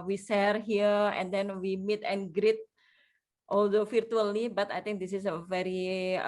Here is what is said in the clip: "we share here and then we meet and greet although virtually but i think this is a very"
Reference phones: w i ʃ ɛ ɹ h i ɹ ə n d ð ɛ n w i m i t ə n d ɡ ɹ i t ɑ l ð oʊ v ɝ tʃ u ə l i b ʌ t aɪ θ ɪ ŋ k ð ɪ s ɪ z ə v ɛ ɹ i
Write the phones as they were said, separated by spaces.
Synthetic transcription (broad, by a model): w i s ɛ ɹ h i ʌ ə n d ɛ n w i m i t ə n ɡ ɹ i t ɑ l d oʊ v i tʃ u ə l i b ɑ t aɪ t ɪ ŋ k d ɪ s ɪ s ə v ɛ ɹ i